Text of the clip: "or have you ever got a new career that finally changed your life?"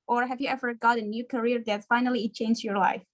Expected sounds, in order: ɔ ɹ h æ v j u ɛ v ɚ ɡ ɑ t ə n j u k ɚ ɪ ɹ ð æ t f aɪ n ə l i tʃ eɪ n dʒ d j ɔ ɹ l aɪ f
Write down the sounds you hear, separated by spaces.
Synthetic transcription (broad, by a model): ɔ ɹ h æ v j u ɛ v ɚ ɡ ɑ t ə n j u k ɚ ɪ ɹ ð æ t f aɪ n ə l i tʃ eɪ n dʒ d j ɔ ɹ l aɪ f